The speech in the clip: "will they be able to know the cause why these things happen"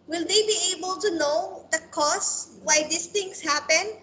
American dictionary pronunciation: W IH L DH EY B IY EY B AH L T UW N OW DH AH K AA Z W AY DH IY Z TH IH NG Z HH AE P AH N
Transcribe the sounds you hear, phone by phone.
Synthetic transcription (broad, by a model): W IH L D EY B IY EY B AH L T UW N OW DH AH K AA S W AY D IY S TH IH NG S HH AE P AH N